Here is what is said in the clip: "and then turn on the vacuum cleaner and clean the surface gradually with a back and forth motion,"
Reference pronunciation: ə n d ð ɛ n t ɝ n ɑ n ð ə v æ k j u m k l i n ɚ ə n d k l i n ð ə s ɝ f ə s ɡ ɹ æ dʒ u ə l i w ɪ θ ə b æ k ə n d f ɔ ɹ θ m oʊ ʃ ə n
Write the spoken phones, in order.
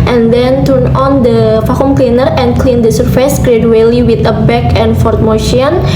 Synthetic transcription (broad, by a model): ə n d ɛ n t ɝ n ɑ n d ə f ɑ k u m k l i n ɚ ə n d k l i n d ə s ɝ f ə s ɡ ɹ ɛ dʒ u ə l i w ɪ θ ə b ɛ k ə n f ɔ ɹ t m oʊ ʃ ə n